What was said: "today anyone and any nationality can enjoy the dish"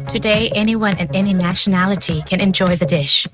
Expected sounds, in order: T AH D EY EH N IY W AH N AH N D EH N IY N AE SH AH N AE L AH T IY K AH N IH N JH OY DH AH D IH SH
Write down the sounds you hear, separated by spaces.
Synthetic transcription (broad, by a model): T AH D EY EH N IY W AH N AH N EH N IY N AE SH AH N AE L AH T IY K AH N IH N JH OY DH AH D IH SH